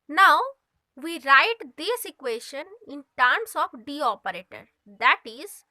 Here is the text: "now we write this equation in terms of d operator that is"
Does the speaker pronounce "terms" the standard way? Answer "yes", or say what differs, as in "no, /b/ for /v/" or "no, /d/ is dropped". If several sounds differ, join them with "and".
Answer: no, /s/ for /z/